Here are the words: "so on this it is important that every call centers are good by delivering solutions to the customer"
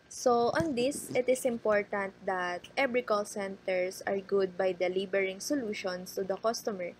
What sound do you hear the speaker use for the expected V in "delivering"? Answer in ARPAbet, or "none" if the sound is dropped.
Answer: B